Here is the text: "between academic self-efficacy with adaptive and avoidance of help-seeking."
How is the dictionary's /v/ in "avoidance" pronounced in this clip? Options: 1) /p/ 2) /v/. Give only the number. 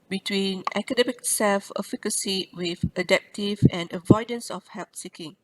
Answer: 2